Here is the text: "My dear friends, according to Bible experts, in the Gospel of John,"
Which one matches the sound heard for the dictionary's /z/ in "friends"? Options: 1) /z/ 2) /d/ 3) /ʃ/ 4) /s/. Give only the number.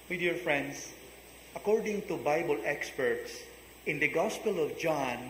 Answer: 4